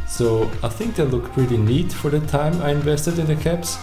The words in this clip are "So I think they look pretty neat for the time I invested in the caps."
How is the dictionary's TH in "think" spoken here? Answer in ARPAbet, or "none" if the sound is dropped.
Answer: TH